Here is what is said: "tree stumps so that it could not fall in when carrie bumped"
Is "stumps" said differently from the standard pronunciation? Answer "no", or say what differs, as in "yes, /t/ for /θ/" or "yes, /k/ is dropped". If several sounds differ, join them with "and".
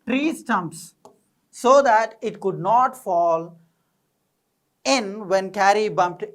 no